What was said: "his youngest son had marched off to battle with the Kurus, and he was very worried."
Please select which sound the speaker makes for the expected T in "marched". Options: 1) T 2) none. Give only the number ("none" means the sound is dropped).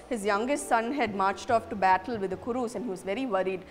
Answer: 1